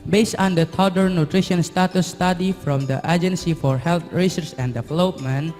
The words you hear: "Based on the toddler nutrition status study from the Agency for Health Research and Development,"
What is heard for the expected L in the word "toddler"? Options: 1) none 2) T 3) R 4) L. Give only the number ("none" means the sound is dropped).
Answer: 1